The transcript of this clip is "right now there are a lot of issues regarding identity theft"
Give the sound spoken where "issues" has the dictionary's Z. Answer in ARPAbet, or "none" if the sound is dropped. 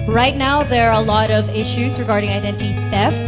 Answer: Z